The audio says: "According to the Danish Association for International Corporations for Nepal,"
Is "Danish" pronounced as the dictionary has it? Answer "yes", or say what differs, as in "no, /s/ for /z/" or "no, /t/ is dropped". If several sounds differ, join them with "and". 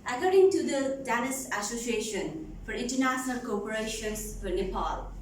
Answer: no, /s/ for /ʃ/